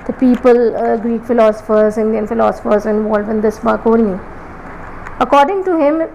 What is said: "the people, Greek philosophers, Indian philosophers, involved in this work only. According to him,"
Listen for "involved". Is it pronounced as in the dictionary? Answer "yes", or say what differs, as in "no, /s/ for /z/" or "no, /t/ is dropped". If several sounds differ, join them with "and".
no, /d/ is dropped